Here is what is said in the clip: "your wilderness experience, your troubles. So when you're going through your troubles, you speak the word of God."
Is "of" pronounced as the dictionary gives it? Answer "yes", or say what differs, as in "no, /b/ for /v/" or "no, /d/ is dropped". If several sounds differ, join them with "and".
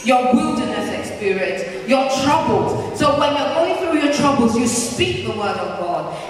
yes